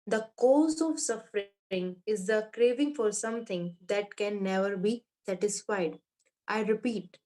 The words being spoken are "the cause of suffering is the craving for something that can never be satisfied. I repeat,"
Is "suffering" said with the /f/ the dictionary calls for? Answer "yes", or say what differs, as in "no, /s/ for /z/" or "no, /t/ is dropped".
yes